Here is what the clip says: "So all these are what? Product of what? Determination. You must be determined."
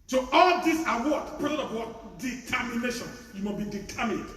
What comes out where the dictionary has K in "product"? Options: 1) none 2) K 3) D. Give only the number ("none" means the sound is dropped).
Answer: 1